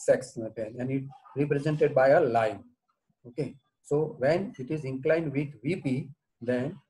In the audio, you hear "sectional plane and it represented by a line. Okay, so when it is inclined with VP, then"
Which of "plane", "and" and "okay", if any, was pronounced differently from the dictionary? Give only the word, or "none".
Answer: plane